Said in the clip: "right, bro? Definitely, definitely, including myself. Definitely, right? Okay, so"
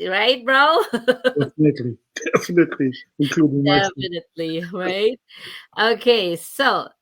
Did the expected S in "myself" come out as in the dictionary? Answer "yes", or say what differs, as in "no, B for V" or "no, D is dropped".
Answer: no, S is dropped